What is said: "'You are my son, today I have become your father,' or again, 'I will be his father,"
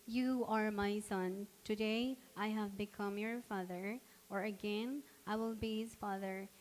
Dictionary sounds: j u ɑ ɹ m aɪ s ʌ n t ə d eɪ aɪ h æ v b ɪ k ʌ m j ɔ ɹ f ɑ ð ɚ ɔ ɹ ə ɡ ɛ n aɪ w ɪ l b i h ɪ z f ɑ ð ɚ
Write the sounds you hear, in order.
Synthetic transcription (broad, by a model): j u ɑ ɹ m aɪ s ʌ n t ə d eɪ aɪ h æ v b ɪ k ʌ m j ɔ ɹ f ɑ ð ɚ ɔ ɹ ə ɡ ɛ n aɪ w ɪ l b i h ɪ z f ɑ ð ɚ